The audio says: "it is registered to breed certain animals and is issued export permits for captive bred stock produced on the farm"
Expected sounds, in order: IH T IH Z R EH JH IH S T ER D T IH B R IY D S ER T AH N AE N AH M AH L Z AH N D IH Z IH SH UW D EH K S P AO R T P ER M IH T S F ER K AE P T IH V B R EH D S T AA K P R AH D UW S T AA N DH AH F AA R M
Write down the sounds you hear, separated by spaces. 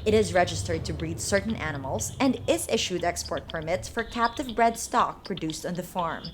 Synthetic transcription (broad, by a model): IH T IH Z R EH JH IH S T ER D T IH B R IY D S ER T N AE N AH M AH L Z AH N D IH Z IH SH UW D EH K S P AO R T P ER M IH T S F ER K AE P T IH V B R EH D S T AA K P R AH D UW S T N DH AH F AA R M